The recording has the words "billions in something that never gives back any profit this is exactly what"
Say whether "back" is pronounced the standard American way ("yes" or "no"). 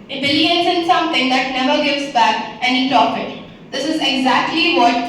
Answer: yes